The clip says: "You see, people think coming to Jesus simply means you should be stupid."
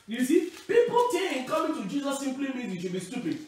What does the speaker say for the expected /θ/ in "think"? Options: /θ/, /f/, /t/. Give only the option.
/t/